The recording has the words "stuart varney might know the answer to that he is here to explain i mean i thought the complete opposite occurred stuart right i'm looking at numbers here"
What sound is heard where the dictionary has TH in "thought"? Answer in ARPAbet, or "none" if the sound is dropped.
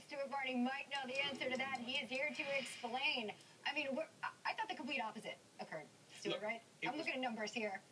TH